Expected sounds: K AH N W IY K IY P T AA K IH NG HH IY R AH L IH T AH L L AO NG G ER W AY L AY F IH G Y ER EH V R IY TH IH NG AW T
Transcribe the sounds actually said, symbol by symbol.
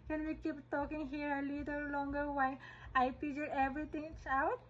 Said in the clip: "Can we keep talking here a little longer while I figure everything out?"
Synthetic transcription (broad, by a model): K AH N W IY K IY P T AA K IH NG HH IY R AH L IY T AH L L AO NG G ER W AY AY P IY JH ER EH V R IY T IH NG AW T